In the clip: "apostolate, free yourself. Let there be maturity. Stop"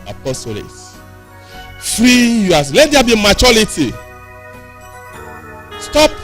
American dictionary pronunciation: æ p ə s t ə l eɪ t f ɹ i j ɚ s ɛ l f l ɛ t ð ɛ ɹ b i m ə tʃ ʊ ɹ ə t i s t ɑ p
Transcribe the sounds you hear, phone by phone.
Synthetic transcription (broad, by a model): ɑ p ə s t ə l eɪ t f ɹ i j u ɑ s l ɛ t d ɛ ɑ b i m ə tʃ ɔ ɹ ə t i s t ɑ p